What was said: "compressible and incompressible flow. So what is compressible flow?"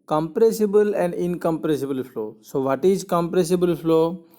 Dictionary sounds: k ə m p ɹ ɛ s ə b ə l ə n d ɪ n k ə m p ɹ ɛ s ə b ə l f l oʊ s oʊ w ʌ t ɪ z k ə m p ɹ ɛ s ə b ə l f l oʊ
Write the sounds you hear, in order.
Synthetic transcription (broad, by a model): k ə m p ɹ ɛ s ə b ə l ə n d ɪ n k ə m p ɹ ɛ s ə b ə l f l oʊ s oʊ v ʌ t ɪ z k ə m p ɹ ɛ s ə b ə l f l oʊ